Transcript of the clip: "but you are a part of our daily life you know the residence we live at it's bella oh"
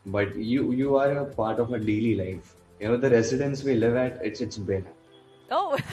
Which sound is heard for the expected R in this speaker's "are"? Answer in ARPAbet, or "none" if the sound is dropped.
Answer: R